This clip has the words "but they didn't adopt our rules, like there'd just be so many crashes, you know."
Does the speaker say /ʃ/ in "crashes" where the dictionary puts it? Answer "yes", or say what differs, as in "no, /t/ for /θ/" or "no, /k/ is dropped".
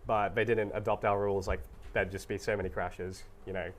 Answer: yes